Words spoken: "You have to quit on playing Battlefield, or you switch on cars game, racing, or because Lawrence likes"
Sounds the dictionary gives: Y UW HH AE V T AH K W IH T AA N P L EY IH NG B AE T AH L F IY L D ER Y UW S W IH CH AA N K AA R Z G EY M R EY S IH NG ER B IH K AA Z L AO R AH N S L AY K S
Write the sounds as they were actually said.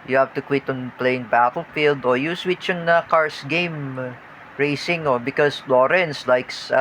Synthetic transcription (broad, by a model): Y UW HH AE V T AH K W IH T AA N P L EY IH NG B AE T AH L F IY L D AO Y UW S W IH CH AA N K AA R S G EY M R EY S IH NG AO B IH K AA S L AO R AH N S L AY K S